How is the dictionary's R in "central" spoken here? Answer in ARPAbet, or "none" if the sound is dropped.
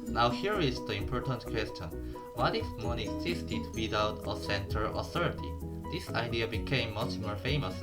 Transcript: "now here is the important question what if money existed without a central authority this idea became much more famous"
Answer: none